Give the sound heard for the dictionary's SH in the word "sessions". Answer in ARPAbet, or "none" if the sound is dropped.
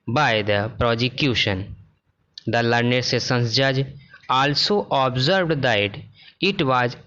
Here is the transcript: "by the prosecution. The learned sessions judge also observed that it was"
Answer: S